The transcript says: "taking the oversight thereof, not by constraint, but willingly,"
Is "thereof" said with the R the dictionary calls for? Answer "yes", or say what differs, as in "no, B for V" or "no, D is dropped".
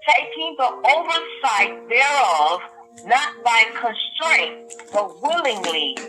yes